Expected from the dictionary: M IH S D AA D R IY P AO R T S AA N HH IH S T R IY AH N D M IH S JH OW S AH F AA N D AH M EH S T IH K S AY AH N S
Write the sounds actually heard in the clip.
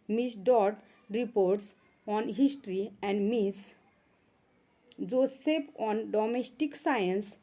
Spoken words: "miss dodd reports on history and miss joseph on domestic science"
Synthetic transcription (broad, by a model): M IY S D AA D R IY P AO R T S AA N HH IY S T R IY AH N D M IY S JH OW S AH P AA N D AH M EH S T IH K S AY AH N S